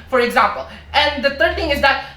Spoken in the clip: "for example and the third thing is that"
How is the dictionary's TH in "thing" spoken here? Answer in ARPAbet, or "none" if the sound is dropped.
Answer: TH